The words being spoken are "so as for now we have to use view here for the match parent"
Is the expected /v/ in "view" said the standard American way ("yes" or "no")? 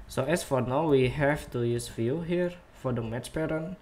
no